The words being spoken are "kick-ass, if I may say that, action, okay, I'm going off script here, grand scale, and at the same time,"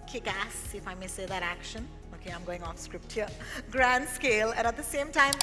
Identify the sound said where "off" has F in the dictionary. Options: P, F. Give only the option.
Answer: F